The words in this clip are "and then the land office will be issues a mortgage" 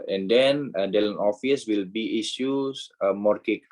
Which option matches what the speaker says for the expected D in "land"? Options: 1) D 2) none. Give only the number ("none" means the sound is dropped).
2